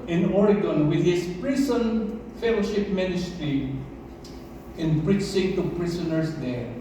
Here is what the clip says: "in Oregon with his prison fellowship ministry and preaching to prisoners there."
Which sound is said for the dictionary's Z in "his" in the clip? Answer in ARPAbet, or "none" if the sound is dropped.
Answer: S